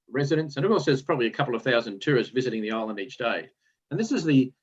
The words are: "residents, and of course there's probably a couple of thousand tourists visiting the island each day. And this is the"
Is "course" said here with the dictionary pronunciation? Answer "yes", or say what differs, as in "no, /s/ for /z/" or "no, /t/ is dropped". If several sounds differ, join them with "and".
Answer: no, /l/ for /ɹ/